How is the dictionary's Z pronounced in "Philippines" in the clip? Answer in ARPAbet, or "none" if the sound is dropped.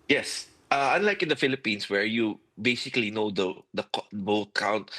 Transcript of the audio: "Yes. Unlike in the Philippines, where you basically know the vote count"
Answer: S